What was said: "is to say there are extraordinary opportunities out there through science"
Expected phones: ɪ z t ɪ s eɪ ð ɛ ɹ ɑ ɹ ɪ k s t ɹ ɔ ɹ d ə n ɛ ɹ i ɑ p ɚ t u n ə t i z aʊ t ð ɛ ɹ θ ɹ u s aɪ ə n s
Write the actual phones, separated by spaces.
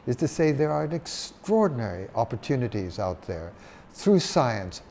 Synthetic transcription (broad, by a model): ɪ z t ɪ s eɪ ð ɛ ɹ ɑ ɹ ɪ k s t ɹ ɔ ɹ d n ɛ ɹ i ɑ p ɚ t u n ə t i z aʊ t ð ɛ ɹ θ ɹ u s aɪ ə n s